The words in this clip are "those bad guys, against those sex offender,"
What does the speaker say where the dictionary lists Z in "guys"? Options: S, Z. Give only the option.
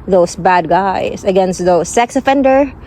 S